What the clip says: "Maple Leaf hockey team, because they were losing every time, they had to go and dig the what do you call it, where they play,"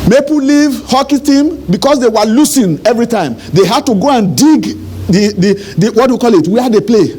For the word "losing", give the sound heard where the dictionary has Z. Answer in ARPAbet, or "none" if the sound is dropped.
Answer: S